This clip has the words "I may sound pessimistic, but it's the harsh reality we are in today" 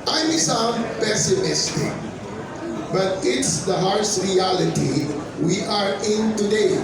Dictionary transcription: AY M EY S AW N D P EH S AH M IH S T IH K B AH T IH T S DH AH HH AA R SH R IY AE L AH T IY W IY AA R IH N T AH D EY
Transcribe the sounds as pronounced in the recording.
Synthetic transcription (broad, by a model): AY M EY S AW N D P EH S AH M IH S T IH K B AH T IH T S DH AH HH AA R S R IY AE L AH T IY W IY AA R IH N T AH D EY